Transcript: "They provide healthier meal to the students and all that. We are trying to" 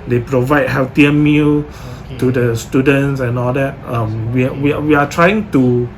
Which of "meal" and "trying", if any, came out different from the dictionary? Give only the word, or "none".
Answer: none